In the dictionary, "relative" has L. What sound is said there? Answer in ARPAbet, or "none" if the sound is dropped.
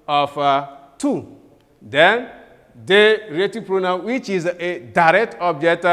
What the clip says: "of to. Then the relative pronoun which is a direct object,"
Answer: none